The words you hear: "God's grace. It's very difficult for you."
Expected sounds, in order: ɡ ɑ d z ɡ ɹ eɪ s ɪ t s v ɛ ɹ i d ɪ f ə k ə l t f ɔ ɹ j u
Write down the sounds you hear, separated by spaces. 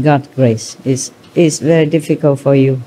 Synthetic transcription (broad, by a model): ɡ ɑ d ɡ ɹ eɪ s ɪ s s v ɛ ɹ i d ɪ f ə k ə l t f ɔ ɹ j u